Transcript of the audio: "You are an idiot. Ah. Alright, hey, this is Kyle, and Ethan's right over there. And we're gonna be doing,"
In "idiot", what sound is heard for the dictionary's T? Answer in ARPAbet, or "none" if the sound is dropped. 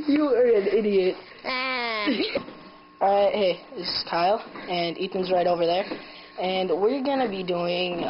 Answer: T